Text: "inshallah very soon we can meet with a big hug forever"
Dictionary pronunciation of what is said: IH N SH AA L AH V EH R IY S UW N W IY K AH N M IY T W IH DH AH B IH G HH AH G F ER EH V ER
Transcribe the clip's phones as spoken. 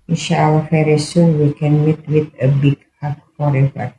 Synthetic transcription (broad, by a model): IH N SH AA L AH F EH R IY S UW W IY K AH N M IY T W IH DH AH B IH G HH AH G F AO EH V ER